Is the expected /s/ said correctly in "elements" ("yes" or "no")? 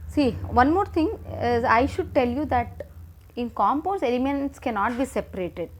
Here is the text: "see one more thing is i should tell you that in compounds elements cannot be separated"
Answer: yes